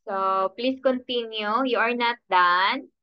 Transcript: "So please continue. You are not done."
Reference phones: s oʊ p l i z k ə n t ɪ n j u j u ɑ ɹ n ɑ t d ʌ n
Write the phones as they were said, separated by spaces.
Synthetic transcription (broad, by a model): s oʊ p l i s k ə n t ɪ n j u j u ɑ ɹ n ɑ t d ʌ n